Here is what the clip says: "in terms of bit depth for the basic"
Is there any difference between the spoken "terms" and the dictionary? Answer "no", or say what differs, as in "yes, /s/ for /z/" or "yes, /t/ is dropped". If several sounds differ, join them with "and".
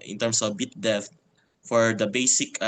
yes, /s/ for /z/